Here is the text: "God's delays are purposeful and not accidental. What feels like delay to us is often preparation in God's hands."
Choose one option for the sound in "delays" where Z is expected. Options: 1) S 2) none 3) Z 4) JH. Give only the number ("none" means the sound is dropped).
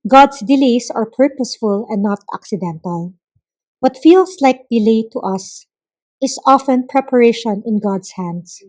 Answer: 1